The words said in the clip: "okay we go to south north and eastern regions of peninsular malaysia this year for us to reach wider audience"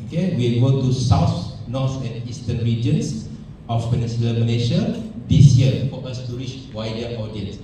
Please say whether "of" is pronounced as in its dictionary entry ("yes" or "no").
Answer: no